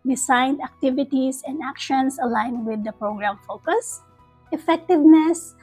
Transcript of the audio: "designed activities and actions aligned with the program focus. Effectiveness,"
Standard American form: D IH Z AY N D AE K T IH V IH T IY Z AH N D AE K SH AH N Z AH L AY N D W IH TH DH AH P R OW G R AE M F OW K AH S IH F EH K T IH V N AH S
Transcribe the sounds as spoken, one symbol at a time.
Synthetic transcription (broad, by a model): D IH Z AY N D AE K T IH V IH T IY S AH N D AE K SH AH N S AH L AY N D W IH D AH P R OW G R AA M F OW K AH S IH F EH K T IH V N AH S